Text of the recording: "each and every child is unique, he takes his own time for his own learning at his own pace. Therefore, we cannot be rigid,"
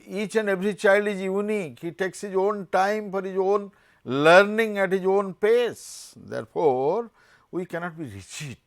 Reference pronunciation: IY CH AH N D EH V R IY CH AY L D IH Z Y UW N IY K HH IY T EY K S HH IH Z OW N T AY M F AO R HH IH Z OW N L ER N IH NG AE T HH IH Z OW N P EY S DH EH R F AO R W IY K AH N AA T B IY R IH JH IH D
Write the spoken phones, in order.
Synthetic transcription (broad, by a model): IY CH AH N D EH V R IY CH AY L D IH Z Y UW N IY K HH IY T EY K S HH IH Z OW N T AY M F AO R HH IH Z OW N L ER N IH NG AE T HH IH Z OW N P EY S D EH R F AO R W IY K AH N AA T B IY R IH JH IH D